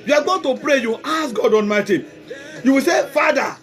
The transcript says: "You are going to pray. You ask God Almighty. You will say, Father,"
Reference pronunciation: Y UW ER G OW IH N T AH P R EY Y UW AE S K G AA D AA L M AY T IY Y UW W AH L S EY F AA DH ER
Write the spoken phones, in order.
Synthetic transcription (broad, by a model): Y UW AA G OW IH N T AH P R EY Y UW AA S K G AA D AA N M AY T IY Y UW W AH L S EY F AA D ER